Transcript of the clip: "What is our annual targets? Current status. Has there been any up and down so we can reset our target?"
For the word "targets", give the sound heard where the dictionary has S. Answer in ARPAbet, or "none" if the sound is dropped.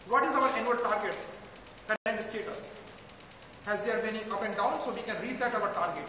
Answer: S